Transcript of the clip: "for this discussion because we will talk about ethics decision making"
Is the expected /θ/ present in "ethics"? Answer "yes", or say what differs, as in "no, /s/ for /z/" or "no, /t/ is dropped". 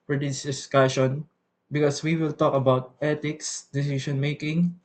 no, /t/ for /θ/